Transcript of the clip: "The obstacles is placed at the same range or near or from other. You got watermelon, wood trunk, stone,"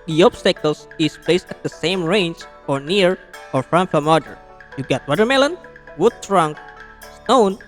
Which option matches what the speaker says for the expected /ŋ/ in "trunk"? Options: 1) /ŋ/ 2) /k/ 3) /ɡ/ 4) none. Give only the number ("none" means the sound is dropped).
1